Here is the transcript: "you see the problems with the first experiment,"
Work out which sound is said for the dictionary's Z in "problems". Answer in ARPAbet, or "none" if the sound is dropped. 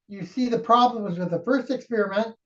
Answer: Z